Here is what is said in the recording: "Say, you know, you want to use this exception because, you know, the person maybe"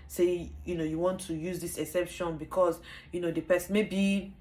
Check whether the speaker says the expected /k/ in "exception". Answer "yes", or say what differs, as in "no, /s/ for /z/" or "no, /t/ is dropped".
no, /k/ is dropped